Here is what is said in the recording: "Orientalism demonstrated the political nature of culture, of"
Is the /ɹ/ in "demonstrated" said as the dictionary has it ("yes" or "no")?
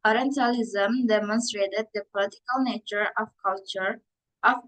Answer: yes